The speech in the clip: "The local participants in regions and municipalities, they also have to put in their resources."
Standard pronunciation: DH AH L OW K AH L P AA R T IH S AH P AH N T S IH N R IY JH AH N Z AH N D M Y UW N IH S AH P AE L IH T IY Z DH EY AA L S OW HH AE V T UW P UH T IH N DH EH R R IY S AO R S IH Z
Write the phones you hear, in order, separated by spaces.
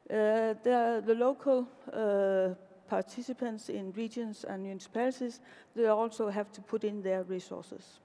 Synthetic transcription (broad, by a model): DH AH L OW K AH L P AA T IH S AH P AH N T S IH N R IY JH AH N S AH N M Y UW N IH S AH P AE L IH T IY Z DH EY AA L S OW HH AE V T UW P UH T IH N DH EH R R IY S AO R S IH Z